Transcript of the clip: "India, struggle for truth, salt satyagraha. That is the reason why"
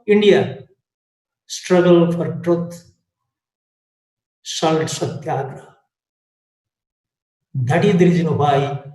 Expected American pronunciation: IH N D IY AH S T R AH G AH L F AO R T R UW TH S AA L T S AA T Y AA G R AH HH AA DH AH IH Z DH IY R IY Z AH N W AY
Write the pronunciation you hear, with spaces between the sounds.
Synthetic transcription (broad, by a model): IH N D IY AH S T R AH G AH L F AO R T R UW T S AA L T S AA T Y AA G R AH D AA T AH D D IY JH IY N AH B AY